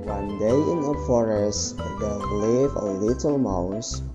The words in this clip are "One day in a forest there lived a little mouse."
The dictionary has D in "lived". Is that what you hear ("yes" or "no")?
no